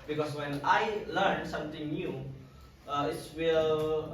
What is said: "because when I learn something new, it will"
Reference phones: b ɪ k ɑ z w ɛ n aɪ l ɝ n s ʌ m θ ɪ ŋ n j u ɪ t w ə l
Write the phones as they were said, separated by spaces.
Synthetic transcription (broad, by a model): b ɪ k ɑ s w ɛ n aɪ l ɝ n s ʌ m t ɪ ŋ n j u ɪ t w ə l